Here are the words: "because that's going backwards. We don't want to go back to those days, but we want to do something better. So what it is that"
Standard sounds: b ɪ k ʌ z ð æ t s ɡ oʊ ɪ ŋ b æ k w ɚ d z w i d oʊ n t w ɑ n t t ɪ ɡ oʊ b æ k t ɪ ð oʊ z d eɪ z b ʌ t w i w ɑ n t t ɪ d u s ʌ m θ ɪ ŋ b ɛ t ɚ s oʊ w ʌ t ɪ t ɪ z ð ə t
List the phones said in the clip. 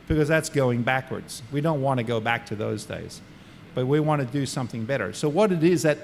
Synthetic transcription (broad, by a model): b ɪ k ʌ z ð æ t s ɡ oʊ ɪ ŋ b æ k w ɚ d z w i d oʊ n t w ɑ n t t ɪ ɡ oʊ b æ k t ɪ ð oʊ z d eɪ z b ʌ t w i w ɑ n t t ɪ d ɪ s ʌ m θ ɪ ŋ b ɛ t ɚ s oʊ w ʌ t ɪ t ɪ z ð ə t